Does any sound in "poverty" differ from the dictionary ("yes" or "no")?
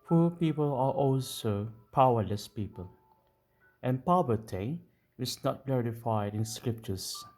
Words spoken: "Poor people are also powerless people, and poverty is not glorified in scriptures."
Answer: yes